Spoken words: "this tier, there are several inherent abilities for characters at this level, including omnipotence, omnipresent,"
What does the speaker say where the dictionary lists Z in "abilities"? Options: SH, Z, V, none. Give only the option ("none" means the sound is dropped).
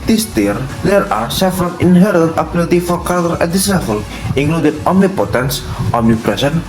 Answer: none